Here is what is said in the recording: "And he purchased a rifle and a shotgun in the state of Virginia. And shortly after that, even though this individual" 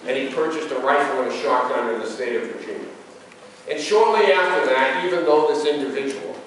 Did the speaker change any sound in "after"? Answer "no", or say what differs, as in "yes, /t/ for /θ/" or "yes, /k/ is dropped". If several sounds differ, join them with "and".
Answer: no